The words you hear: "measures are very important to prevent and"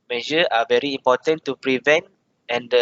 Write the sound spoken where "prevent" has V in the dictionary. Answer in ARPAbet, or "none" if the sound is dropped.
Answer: V